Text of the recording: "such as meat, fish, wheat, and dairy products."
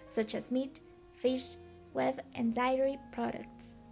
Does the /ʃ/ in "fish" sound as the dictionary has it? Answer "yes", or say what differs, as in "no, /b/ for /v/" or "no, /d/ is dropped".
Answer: yes